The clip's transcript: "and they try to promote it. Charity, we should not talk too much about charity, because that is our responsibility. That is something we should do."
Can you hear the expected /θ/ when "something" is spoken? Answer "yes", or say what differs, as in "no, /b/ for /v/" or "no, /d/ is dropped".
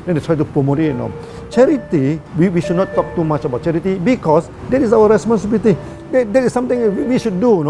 no, /t/ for /θ/